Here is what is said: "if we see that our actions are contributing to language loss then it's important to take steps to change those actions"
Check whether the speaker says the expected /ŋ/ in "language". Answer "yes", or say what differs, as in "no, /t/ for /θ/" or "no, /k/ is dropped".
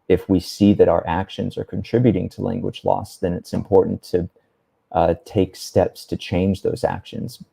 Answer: yes